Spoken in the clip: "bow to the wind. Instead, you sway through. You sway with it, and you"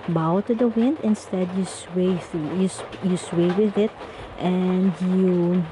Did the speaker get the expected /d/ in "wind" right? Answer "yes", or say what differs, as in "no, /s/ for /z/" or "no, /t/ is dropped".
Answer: yes